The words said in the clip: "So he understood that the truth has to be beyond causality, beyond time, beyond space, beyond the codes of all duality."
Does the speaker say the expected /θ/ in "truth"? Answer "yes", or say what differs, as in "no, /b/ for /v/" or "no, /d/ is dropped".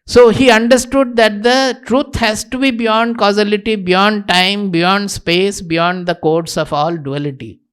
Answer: no, /t/ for /θ/